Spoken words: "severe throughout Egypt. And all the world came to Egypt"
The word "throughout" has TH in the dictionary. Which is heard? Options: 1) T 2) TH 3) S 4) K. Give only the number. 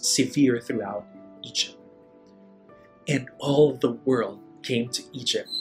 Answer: 2